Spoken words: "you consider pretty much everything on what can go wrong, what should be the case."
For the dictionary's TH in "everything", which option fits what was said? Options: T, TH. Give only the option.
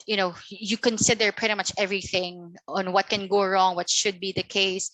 TH